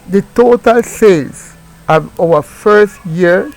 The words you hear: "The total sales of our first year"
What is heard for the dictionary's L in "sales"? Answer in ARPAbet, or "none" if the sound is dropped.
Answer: none